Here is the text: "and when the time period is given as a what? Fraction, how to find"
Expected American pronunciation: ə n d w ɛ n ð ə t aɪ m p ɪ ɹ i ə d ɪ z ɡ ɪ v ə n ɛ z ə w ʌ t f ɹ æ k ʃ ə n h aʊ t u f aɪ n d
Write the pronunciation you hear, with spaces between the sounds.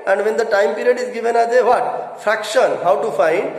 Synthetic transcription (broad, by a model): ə n d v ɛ n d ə t aɪ m p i ɹ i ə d ɪ z ɡ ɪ v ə n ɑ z ə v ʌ t f ɹ æ k ʃ ə n h aʊ t u f aɪ n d